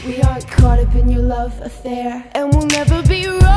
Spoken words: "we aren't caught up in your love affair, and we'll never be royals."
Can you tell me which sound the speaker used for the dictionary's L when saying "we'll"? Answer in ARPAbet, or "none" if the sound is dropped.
L